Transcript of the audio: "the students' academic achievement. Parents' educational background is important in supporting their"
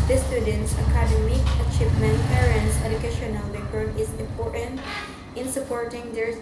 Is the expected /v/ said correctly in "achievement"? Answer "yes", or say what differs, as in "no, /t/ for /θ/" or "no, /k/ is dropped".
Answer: no, /p/ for /v/